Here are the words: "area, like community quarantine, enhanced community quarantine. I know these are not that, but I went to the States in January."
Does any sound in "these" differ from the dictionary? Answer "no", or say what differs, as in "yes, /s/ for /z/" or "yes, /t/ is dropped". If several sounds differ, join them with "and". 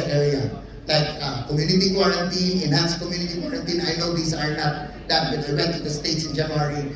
yes, /s/ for /z/